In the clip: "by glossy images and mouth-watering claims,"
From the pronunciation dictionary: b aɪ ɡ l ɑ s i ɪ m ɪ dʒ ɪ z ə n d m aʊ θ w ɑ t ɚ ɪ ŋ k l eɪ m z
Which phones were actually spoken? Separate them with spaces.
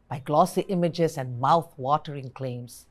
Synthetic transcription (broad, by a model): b aɪ ɡ l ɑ s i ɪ m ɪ dʒ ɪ s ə n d m aʊ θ w ɑ t ɚ ɪ ŋ k l eɪ m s